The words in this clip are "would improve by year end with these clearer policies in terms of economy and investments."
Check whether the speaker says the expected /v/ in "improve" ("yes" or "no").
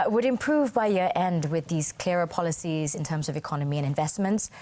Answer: yes